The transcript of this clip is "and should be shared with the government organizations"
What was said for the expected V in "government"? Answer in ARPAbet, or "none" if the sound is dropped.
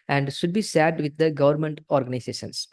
V